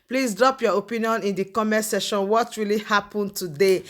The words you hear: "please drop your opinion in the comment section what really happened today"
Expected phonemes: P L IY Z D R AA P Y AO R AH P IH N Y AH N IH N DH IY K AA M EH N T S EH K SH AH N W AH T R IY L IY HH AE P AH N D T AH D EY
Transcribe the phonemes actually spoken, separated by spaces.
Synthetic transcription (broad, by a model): P L IY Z D R AA P Y AO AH P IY N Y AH N IH N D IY K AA M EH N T S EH SH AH N W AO T R IY L IY HH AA P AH N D T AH D EY